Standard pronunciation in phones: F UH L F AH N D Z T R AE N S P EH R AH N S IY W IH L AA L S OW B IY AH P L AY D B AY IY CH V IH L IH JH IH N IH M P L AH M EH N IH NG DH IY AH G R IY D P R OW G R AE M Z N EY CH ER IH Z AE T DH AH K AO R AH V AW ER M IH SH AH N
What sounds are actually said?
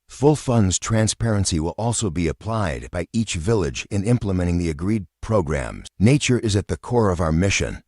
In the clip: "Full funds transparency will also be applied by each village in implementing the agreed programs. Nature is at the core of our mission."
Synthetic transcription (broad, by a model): F UH L F AH N D Z T R AE N S P EH R AH N S IY W IH L AA L S OW B IY AH P L AY D B AY IY CH V IH L IH JH IH N IH M P L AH M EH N IH NG DH IY AH G R IY D P R OW G R AE M Z N EY CH ER IH Z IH T DH AH K AO R AH V AW ER M IH SH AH N